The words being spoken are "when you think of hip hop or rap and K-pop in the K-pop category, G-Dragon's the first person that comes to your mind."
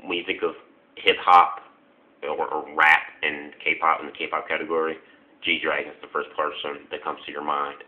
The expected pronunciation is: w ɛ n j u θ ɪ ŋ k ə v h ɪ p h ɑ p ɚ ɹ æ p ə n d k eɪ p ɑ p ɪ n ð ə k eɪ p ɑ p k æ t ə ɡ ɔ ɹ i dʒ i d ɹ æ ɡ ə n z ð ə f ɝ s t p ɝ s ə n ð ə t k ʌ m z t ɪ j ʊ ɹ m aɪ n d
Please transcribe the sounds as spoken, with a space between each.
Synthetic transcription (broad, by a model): w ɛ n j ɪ θ ɪ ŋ k ə v h ɪ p h ɑ p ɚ ɹ æ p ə n k eɪ p ɑ p ɪ n ð ə k eɪ p ɑ p k æ t ə ɡ ɔ ɹ i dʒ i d ɹ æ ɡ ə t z ð ə f ɝ s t p ɝ s ə n ð ə t k ʌ m z t ɪ j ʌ ɹ m aɪ n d